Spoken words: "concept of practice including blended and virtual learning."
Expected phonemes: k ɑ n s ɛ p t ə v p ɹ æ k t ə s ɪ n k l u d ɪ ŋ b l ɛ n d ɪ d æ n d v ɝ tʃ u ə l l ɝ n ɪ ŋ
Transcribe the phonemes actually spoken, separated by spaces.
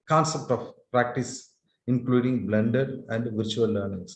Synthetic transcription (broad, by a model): k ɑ n s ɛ p t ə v p ɹ æ k t ə s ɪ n k l u d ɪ ŋ b l ɛ n d ɪ d æ n d v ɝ tʃ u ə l l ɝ n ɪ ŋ